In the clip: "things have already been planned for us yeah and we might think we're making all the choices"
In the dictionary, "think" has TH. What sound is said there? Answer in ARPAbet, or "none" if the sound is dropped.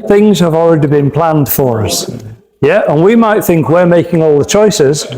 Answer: TH